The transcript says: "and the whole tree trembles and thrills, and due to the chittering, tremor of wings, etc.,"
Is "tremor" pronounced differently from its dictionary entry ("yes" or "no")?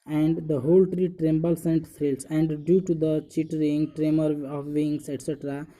no